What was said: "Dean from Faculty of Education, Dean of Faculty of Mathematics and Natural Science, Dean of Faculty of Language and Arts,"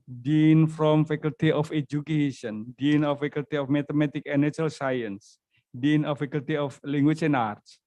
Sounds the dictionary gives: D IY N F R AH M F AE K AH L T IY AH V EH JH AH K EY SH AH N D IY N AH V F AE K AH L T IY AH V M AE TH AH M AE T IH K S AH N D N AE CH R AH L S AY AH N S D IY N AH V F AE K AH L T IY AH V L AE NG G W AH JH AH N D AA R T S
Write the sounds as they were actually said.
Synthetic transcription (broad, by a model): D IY N F R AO M F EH K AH L T IY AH F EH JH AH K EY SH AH N D IY N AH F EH K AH L T IY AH F M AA T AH M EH T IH K AH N N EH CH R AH L S AY AH N S D IY N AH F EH K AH L T IY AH F L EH NG G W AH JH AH N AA R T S